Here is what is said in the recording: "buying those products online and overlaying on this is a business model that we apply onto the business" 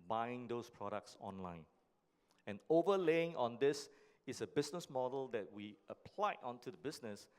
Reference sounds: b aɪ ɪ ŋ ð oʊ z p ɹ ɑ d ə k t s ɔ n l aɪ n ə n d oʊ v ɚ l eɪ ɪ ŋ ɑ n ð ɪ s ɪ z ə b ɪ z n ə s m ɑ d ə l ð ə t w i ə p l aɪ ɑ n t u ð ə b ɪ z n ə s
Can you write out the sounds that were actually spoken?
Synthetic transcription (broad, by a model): b aɪ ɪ ŋ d oʊ s p ɹ ɑ d ə k t s ɔ n l aɪ n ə n oʊ v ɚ l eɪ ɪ ŋ ɑ n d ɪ s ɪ s ə b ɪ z n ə s m ɑ d ə l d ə t w i ə p l aɪ ɑ n t u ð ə b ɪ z n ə s